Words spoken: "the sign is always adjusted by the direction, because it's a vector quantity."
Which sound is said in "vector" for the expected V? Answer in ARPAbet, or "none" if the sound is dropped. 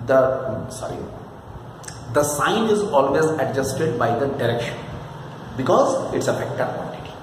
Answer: F